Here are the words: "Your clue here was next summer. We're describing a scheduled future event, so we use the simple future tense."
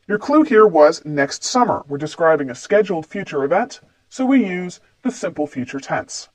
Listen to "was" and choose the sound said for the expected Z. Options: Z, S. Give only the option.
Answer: Z